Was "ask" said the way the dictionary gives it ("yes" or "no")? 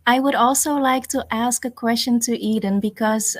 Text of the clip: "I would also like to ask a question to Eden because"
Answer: yes